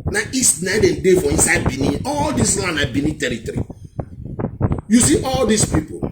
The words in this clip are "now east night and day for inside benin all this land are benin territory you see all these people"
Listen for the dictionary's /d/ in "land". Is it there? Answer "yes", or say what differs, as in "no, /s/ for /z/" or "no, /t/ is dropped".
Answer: no, /d/ is dropped